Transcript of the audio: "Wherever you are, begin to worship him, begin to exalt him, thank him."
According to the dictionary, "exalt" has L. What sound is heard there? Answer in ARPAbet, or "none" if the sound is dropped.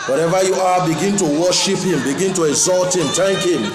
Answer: L